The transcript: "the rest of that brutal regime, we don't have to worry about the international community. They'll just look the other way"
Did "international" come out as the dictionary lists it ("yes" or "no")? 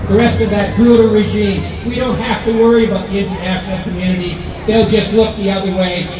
no